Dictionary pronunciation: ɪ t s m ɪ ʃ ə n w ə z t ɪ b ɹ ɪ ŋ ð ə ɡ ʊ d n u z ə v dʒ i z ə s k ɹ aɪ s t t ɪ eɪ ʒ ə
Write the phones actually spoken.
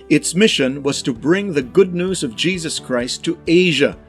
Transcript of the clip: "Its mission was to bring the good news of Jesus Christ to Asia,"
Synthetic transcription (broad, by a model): ɪ t s m ɪ ʃ ə n w ə z t ɪ b ɹ ɪ ŋ ð ə ɡ ʊ d n u z ə v dʒ i z ə s k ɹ aɪ s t t ɪ eɪ ʒ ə